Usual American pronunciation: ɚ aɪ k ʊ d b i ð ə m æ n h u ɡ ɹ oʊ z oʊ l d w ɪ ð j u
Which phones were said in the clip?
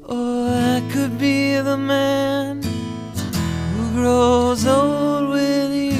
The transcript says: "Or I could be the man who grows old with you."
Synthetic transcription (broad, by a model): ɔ aɪ k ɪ d b i ð ə m æ n h u ɡ ɹ oʊ z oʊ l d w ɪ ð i